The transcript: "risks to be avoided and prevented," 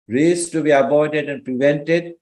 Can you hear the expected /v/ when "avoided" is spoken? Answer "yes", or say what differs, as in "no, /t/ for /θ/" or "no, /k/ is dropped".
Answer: no, /b/ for /v/